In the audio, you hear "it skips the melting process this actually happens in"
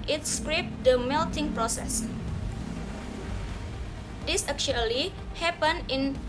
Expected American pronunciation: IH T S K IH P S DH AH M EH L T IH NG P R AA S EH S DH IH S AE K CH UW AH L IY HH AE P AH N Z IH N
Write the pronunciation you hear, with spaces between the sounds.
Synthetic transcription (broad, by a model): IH T S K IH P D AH M EH L T IH NG P R AA S EH S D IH S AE K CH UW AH L IY HH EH P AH N IH N